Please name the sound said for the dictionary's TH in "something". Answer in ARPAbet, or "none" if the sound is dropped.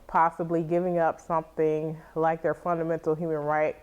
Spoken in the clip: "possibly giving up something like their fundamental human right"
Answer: TH